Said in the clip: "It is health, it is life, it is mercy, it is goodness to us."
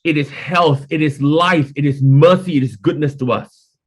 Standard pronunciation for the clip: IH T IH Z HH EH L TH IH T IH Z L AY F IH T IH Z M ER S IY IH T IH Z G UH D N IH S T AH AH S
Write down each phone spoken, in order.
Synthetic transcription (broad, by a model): IH T IH Z HH EH L TH IH T IH Z L AY F IH T IH Z M ER S IY IH T IH Z G UH D N IH S T AH AH S